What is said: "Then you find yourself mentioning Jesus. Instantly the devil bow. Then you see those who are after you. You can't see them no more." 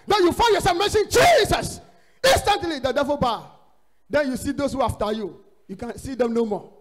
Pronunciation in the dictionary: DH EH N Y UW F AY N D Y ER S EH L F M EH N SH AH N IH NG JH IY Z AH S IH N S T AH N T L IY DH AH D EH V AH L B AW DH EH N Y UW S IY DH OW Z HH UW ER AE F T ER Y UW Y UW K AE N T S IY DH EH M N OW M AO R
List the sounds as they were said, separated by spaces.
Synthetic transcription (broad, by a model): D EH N Y UW F AY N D Y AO S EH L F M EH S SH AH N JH IY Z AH S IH N S T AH N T L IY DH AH D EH V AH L B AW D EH N Y UW S IY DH OW S HH UW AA F T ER Y UW Y UW K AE N S IY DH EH M N OW M AO